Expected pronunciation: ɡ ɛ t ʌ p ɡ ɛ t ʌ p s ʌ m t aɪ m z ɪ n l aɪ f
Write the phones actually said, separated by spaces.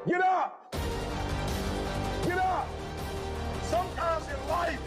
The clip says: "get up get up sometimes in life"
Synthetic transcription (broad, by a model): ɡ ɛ t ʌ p ɡ ɛ t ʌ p s ʌ m t aɪ m z ɪ n l aɪ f